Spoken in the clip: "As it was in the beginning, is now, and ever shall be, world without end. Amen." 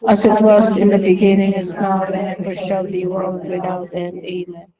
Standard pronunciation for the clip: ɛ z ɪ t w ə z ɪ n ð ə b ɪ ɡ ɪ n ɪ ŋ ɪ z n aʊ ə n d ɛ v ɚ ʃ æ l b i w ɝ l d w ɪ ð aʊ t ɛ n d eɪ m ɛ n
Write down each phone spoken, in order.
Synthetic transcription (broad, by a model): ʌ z ɪ t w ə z ɪ n ð ə b ɪ ɡ ɪ n ɪ ŋ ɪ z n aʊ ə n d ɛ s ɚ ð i w ɝ l d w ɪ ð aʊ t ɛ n eɪ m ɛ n